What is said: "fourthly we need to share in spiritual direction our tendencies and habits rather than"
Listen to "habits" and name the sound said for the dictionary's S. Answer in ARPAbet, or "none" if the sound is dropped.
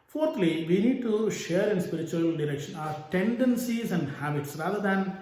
S